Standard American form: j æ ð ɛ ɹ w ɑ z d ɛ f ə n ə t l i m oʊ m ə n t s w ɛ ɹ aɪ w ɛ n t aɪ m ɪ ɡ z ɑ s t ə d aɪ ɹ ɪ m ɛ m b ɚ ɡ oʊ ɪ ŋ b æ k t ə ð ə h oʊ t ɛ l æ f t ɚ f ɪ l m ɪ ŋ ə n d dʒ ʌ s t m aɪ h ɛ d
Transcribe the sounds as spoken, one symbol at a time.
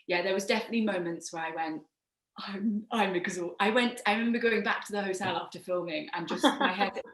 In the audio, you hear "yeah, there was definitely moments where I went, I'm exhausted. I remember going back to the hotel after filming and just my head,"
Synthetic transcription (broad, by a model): j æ ð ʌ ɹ w ɑ z d ɛ f ə n ə t l i m oʊ m ə n t s w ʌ ɹ aɪ w ɛ n t aɪ m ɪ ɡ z ɑ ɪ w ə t aɪ ɹ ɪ m ɛ m b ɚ ɡ oʊ ɪ ŋ b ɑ k t ə ð ə h oʊ t ɛ l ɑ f t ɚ f ɪ l m ɪ ŋ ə n dʒ ʌ s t m aɪ h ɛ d